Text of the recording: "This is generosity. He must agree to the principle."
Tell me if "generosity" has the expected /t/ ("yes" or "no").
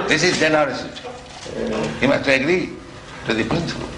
no